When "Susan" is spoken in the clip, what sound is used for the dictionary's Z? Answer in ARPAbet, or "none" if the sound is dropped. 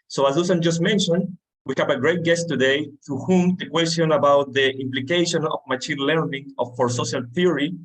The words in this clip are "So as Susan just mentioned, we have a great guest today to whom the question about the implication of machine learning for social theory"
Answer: S